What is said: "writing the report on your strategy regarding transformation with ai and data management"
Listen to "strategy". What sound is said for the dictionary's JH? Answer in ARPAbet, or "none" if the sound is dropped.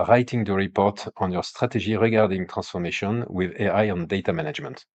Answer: ZH